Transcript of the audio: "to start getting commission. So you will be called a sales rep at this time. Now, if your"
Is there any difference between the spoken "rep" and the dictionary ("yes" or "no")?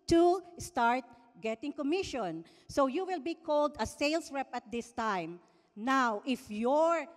no